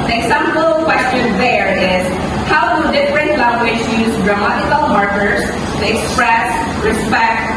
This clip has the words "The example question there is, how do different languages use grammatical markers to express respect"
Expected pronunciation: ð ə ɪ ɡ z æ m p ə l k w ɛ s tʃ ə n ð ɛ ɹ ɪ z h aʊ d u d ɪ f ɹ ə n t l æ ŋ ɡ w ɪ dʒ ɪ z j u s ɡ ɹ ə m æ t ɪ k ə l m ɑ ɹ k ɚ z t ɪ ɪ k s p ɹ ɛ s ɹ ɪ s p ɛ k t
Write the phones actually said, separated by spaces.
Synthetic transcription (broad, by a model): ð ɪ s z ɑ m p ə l k w ɛ s tʃ ə n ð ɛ ɹ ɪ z h aʊ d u d ɪ f ɹ ə n t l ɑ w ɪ ʃ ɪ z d ɹ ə m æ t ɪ k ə l m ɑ ɹ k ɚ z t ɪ ɪ k s p ɹ ɛ s ɹ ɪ s p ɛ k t